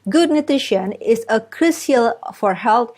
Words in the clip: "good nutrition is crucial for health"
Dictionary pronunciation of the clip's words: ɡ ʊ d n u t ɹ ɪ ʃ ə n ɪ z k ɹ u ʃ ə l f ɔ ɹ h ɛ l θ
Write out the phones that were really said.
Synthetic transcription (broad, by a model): ɡ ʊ d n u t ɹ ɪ ʃ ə n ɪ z k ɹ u s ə l f ɔ ɹ h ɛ l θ